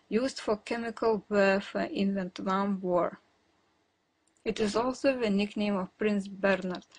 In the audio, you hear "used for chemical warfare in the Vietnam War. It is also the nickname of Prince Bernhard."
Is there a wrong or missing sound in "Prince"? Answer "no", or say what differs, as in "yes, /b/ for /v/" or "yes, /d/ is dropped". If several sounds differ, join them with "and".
no